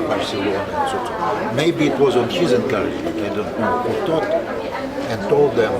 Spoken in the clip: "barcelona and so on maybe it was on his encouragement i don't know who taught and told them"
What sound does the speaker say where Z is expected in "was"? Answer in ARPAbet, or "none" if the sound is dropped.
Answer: Z